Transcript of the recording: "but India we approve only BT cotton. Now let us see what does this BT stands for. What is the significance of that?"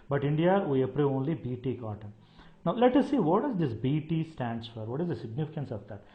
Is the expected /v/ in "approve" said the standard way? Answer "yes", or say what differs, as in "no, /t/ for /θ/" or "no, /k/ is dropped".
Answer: no, /v/ is dropped